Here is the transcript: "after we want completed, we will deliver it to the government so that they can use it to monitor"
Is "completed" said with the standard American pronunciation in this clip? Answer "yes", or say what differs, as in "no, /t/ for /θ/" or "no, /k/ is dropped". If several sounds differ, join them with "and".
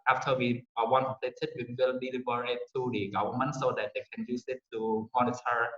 no, /m/ is dropped